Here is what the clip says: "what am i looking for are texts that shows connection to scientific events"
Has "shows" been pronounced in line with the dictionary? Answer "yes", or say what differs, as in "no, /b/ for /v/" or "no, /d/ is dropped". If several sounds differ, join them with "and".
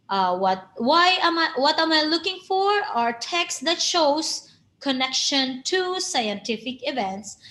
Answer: no, /s/ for /z/